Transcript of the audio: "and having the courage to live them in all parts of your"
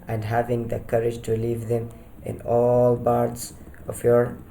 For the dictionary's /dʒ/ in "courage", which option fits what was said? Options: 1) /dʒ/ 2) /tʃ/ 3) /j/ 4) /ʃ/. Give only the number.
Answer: 1